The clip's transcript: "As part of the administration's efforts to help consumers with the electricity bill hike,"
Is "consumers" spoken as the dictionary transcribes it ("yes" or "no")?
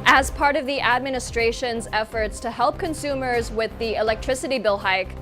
yes